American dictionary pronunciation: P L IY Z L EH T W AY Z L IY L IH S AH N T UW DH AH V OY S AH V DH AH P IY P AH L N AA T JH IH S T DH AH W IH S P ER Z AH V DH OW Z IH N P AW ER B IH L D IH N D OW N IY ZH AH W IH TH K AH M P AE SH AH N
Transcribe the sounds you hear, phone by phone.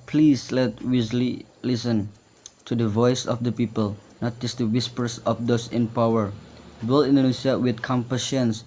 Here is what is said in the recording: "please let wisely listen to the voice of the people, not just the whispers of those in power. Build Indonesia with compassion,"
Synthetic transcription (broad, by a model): P L IY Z L EH T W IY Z L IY L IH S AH N T UW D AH V OY S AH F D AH P IY P AH L N AA T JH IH S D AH W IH S P ER S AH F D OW S IH N P AW ER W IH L IH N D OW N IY S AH W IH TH K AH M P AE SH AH N